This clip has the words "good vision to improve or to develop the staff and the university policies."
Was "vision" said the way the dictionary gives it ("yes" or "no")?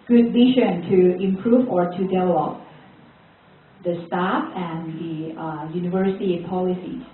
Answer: no